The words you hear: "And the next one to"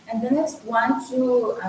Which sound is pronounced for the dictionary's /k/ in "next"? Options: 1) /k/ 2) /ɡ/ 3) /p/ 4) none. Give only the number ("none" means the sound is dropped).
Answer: 4